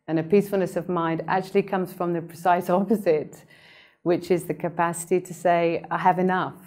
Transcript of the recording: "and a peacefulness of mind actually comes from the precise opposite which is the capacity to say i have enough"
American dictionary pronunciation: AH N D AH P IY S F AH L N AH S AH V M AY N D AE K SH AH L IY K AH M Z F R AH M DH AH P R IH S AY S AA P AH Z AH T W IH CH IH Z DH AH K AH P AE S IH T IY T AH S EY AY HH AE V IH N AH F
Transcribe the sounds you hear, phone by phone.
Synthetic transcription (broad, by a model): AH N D AH P IY S F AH L N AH S AH V M AY N D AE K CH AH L IY K AH M Z F R AH M DH AH P R IH S AY S AA P AH Z AH T W IH CH IH Z DH AH K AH P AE S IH T IY T AH S EY AY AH V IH N AH F